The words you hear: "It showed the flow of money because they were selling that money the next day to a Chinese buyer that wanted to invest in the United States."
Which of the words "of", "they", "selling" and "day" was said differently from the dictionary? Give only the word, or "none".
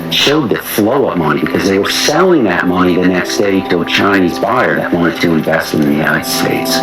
of